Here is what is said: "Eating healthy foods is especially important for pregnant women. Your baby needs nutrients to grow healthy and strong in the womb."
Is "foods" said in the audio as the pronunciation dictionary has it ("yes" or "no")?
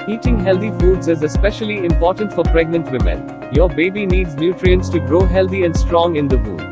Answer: yes